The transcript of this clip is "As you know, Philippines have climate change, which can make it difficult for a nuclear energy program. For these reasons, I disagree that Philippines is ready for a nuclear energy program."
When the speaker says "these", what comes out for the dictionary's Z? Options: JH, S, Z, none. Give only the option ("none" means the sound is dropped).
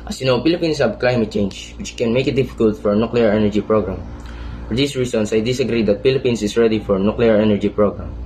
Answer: S